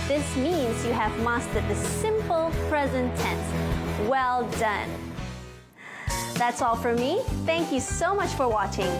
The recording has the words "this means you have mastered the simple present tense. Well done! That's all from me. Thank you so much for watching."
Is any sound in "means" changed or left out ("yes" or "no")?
no